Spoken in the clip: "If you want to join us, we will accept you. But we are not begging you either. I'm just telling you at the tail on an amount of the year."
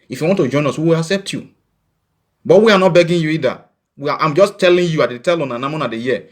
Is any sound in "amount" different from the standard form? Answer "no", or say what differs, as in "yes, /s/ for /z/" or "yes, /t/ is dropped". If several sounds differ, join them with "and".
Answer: yes, /t/ is dropped